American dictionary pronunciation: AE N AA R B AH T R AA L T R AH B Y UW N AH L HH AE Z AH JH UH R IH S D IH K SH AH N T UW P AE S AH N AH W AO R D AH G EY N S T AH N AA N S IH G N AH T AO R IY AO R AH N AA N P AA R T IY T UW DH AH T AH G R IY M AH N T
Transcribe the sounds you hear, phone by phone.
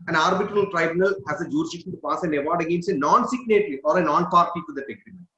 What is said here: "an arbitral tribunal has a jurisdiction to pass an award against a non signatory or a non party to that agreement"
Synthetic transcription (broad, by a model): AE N AA R B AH T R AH L T R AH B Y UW N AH L HH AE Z AH JH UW R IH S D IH K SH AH N T UW P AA S AH N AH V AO R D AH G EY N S AH N AA N S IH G N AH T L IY AO R AH N AA N P AA R T IY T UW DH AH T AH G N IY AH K